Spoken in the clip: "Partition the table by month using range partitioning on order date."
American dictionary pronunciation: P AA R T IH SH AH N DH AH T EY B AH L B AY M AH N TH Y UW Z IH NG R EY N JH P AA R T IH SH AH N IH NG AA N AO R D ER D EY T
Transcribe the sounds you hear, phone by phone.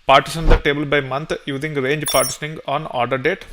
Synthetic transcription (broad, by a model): P AA R T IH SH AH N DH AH T EY B AH L B AY M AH N T Y UW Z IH NG R EY N JH P AA R T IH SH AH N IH NG AA N AO R D ER D EY T